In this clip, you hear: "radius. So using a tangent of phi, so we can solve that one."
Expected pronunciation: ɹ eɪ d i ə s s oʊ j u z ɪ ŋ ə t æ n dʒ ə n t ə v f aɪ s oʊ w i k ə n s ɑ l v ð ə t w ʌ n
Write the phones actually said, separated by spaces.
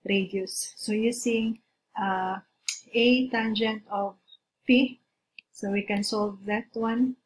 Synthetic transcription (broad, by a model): ɹ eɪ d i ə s s oʊ j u s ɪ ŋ ə t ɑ n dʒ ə n t ə v p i s oʊ w i k ə n s ɑ l v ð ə t w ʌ n